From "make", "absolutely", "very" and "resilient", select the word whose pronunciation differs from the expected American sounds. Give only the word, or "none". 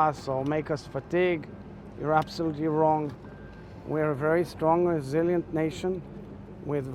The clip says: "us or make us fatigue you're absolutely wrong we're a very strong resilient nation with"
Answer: none